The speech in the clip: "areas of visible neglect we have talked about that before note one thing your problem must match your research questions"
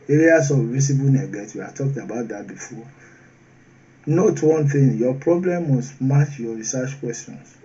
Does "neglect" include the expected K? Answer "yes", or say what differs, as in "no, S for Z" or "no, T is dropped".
no, K is dropped